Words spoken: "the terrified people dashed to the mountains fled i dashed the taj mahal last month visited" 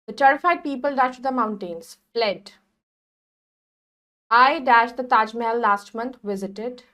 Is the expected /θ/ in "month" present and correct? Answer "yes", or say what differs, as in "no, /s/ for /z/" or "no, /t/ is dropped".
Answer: no, /t/ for /θ/